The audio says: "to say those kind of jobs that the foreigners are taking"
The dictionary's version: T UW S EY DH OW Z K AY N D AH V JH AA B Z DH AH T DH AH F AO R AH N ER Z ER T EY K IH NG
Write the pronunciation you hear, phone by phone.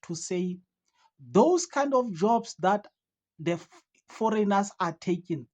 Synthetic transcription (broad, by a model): T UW S EY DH OW S K AY N D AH F JH AA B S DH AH T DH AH F AO R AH N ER S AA T EY K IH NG